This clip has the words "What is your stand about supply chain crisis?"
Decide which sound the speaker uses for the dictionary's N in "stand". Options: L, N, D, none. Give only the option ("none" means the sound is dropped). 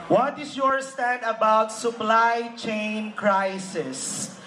none